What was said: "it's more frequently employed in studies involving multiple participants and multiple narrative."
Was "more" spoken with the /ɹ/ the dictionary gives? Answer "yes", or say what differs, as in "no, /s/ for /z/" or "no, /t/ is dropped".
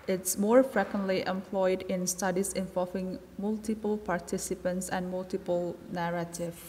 yes